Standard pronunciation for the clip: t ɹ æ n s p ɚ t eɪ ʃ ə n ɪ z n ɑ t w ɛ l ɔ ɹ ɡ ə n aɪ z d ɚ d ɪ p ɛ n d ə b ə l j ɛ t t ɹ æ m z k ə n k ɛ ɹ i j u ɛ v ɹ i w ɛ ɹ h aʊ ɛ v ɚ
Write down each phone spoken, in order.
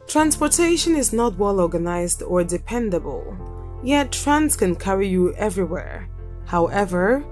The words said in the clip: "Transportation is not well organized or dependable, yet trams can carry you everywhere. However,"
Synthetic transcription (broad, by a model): t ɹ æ n s p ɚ t eɪ ʃ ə n ɪ z n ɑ t w ɛ l ɔ ɹ ɡ ə n aɪ z d ɚ d ɪ p ɛ n d ə b ə l j ɛ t t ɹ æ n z k ə n k ɛ ɹ i j u ɛ v ɹ i w ɛ ɹ h aʊ ɛ v ɚ